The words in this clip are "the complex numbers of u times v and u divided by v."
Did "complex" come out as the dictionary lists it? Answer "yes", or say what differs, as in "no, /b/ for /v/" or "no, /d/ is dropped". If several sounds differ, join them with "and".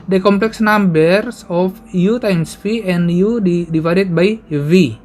yes